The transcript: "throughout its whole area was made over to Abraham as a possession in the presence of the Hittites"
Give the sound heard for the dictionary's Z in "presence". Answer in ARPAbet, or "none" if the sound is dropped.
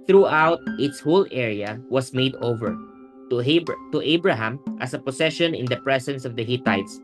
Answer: S